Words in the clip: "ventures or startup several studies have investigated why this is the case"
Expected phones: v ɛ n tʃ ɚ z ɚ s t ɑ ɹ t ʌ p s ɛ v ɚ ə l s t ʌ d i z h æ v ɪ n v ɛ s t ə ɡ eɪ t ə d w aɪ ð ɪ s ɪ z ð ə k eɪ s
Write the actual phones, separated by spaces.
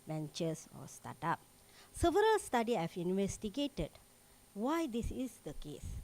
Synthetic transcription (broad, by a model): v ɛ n tʃ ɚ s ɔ s t ɑ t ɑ p s ɛ v ɚ ə l s t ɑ d i h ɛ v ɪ n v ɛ s t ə ɡ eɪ t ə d w aɪ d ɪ s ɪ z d ə k eɪ s